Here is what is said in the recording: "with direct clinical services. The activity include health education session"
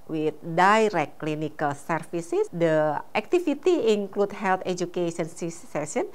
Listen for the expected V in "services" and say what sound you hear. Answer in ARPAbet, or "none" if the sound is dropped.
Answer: F